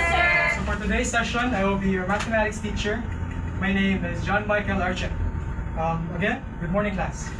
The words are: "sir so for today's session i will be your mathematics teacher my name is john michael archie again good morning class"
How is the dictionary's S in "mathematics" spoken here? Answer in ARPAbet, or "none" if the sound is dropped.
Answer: S